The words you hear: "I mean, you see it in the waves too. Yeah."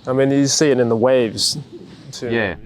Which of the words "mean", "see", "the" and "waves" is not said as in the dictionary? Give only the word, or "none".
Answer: none